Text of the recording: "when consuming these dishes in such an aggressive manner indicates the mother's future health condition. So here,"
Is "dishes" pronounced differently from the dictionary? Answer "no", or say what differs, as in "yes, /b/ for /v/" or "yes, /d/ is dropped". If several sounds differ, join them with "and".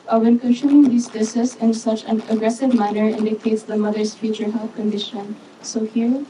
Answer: yes, /s/ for /ʃ/